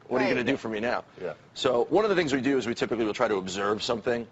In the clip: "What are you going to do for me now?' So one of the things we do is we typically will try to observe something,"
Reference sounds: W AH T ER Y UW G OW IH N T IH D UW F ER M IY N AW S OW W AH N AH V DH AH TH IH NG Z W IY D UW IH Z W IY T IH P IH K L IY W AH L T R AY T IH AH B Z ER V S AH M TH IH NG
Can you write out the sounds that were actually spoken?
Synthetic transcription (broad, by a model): W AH T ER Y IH G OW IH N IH D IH F ER M IY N AW S OW W AH N AH V DH AH TH IH NG Z W IY D IH Z W IY T IH P IH K L IY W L T R AY T IH AH B Z ER V S AH M TH IH NG